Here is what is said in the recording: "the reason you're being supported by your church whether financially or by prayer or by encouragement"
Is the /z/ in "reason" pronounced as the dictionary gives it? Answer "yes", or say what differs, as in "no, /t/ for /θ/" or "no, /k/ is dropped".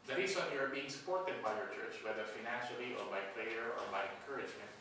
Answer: no, /s/ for /z/